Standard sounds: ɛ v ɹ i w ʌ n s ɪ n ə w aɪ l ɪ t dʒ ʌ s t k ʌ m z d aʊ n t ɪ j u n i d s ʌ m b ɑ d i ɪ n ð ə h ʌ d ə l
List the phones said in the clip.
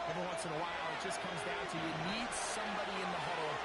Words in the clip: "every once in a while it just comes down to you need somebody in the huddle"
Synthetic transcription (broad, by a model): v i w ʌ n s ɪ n ə w aɪ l ɪ t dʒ ʌ s k ʌ m z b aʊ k t ɪ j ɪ n i d s ʌ m b ɑ d i ɪ n ð ə h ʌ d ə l